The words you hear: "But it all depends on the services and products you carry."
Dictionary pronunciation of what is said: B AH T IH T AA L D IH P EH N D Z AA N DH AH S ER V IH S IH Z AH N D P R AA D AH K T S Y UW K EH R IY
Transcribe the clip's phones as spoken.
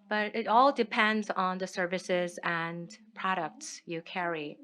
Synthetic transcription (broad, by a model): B AH T IH T AA L D IH P EH N D Z N DH AH S ER V IH S IH Z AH N P R AA D AH K T S Y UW K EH R IY